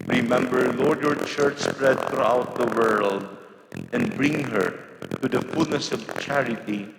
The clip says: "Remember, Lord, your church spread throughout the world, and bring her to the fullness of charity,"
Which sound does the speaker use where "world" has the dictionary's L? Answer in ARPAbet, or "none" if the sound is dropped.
L